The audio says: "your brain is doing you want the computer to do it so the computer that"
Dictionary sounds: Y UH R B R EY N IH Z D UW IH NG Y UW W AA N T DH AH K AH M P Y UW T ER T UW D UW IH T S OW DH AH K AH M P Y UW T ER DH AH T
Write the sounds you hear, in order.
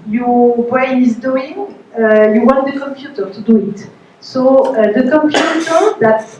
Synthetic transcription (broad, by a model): Y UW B EY IH Z D UW IH NG Y UW W AA N T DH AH K AH M P Y UW T ER T UW D UW IH T S OW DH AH K AH M P Y UW T ER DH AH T